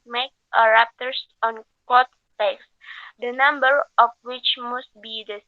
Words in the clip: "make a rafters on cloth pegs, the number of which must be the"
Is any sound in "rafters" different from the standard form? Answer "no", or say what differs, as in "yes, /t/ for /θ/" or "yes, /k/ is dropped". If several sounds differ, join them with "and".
yes, /p/ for /f/ and /s/ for /z/